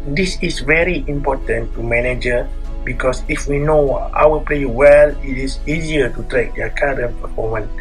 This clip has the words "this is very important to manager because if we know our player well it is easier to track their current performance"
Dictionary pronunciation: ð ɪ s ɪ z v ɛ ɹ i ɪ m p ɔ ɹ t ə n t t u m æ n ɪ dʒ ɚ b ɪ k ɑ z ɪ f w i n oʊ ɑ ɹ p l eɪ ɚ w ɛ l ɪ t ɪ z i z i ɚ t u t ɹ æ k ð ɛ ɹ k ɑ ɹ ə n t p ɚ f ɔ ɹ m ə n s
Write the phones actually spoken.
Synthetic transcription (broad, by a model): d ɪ s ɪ s v ɛ ɹ i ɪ m p ɔ t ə n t t u m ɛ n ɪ dʒ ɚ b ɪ k ɑ s ɪ f w i n oʊ ɑ l p l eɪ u w ɛ l ɪ t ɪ s i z i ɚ t u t ɹ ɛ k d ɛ k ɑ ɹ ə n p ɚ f ɔ m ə n